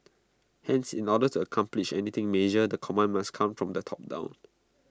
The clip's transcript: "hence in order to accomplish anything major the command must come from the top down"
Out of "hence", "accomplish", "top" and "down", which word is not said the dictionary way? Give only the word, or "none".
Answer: none